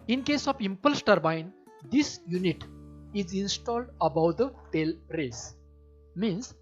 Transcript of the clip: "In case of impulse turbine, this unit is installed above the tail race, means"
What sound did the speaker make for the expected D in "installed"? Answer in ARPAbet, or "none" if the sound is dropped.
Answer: D